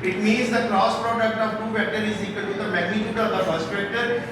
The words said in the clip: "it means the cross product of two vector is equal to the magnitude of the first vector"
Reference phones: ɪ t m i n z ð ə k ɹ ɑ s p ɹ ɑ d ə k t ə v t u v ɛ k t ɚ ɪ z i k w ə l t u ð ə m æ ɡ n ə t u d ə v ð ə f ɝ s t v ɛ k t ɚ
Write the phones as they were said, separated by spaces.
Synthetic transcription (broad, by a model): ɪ t m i n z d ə k ɹ ɑ s p ɹ ɑ d ə k t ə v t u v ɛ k t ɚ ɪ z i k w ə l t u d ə m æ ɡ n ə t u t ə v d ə p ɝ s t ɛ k t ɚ